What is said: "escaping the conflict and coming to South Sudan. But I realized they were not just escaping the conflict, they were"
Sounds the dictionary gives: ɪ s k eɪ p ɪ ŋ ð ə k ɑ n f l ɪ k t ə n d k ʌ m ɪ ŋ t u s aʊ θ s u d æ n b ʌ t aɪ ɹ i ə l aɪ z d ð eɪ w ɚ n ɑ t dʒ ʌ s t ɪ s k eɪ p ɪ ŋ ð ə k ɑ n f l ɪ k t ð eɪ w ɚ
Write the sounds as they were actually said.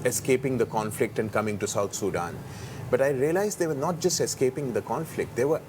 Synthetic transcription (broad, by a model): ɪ s k eɪ p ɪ ŋ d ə k ɑ n f l ɪ k t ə n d k ʌ m ɪ ŋ t u s aʊ t s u d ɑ n b ʌ t aɪ ɹ i ə l aɪ z d eɪ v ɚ n ɑ t dʒ ʌ s t ɪ s k eɪ p ɪ ŋ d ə k ɑ n f l ɪ k t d eɪ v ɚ